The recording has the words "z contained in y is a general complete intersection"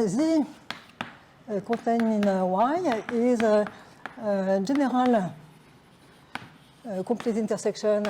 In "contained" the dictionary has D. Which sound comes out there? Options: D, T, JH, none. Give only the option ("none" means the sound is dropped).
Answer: none